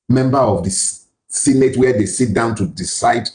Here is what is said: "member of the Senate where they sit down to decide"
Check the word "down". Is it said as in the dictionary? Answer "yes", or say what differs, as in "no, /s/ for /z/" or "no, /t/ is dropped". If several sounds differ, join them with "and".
yes